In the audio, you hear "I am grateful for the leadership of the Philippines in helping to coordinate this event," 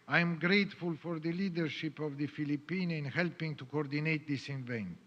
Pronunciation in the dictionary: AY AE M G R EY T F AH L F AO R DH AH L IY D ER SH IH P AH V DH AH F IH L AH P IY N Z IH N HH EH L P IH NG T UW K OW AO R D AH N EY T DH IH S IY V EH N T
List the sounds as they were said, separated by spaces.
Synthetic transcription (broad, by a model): AY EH M G R EY T F AH L F AO R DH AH L IY D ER SH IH P AH V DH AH F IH L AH P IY N IH N HH EH L P IH NG T UW K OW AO R D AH N EY T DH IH S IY V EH N T